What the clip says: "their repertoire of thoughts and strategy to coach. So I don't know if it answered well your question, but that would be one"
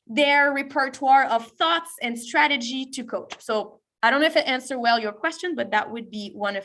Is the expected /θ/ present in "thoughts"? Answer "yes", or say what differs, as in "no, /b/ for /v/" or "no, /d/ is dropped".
yes